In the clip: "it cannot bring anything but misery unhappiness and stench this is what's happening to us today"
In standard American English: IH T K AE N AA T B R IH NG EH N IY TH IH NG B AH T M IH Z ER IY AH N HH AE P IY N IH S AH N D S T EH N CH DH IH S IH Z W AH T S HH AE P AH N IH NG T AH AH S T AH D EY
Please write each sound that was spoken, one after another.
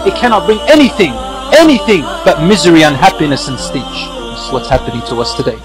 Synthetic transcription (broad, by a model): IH T K AE N AA T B R IH NG EH N IY TH IH NG B AH T M IH Z ER IY AH N HH AE P IY N IH S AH N S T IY CH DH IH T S W AH T S HH AE P AH N IH NG T AH AH S T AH D EY